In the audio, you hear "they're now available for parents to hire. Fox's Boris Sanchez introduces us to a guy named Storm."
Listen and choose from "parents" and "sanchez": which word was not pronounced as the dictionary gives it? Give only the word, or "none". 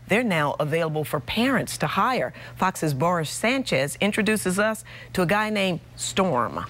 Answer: none